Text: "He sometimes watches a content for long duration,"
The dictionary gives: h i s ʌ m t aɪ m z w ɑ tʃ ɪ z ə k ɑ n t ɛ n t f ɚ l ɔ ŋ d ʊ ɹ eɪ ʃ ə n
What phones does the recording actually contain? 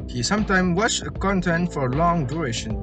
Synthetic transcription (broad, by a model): h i s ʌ m t aɪ m w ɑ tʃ ə k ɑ n t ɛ n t f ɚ l ɔ ŋ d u ɹ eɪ ʃ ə n